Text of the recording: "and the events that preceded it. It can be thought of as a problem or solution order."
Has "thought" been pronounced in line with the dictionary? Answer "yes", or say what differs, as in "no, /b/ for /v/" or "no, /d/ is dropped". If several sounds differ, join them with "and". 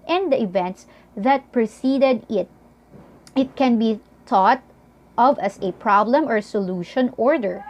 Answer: no, /t/ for /θ/